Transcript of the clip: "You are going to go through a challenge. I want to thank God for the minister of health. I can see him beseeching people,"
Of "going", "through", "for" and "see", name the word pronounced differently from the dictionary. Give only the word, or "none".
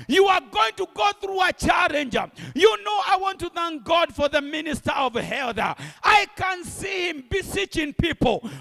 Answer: none